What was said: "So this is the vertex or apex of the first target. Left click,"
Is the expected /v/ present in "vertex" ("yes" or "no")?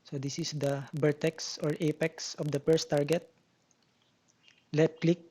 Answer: no